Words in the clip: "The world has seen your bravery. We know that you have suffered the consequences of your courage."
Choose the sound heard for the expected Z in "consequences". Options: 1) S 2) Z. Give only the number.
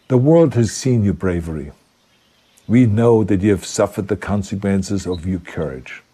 2